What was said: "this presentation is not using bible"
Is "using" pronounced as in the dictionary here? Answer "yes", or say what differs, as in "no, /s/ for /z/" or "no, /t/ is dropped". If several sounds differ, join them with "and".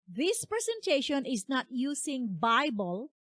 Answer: no, /s/ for /z/